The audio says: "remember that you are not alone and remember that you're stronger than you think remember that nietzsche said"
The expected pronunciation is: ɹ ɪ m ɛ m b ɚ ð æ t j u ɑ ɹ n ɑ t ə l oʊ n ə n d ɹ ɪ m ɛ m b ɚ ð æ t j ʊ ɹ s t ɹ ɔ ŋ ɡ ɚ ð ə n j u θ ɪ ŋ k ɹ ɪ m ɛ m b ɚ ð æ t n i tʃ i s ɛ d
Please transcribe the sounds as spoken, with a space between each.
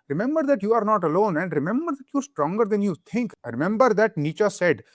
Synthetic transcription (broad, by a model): ɹ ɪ m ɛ m b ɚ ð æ t j u ɑ ɹ n ɑ t ə l oʊ n ə n d ɹ ɪ m ɛ m b ɚ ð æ t j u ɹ s t ɹ ɔ ŋ ɡ ɚ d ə n j u t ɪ ŋ k ɹ ɪ m ɛ m b ɚ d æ t n i tʃ i s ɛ d